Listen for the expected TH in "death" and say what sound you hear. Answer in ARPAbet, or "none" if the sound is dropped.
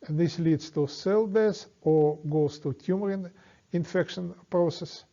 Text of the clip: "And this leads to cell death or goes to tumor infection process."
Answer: S